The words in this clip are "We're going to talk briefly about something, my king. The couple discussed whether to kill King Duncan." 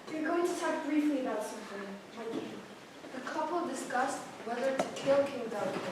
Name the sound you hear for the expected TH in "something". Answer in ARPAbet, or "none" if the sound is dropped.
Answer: F